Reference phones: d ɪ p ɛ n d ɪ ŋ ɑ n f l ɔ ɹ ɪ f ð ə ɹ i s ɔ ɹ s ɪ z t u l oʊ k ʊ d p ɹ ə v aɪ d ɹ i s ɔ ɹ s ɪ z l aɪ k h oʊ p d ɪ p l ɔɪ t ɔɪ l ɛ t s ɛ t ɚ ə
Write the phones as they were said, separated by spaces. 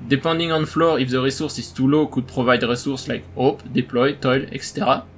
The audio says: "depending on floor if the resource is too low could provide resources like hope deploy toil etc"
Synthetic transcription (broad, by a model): d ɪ p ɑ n d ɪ ŋ ɑ n f l ɔ ɹ ɪ f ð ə ɹ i s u ɹ s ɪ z t u l oʊ k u d p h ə v aɪ d ɹ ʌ s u ɹ s l aɪ k oʊ p d ɪ p l ɔɪ t ɔɪ l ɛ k s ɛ t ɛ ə